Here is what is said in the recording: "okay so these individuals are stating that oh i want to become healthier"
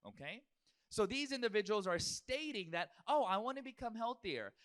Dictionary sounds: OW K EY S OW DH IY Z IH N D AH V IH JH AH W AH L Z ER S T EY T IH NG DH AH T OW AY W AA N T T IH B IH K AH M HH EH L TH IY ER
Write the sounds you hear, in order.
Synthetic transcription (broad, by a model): OW K EY S OW DH IY Z IH N D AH V IH JH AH W L Z ER S T EY T IH NG DH AH T OW AY W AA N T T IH B IH K AH M HH EH L TH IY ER